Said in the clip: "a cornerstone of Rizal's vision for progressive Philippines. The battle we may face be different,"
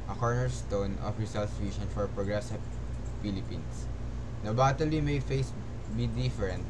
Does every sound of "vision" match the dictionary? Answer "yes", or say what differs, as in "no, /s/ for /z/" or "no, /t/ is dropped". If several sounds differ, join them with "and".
no, /s/ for /ʒ/